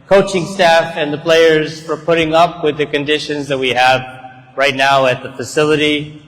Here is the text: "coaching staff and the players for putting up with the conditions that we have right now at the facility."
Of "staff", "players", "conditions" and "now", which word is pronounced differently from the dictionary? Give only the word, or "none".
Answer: none